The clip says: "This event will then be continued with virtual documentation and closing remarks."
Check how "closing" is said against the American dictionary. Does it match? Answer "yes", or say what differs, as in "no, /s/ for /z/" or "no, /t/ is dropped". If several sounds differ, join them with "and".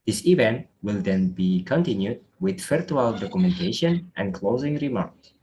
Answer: yes